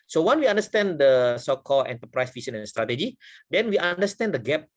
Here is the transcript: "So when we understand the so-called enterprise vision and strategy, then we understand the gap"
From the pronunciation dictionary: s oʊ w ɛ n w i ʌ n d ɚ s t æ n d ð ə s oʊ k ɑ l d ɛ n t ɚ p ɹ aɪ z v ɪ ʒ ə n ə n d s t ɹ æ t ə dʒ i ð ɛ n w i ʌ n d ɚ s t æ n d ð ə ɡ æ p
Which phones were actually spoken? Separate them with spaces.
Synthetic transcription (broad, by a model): s oʊ w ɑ n w i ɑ n d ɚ s t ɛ n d ə s oʊ k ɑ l ɛ n t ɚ p ɹ aɪ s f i s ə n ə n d s t ɹ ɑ t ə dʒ i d ɛ n w i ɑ n d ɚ s t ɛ n d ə ɡ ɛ p